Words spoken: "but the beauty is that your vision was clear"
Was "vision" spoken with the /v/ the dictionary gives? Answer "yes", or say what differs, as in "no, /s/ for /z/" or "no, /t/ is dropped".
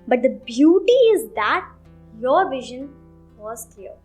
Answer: yes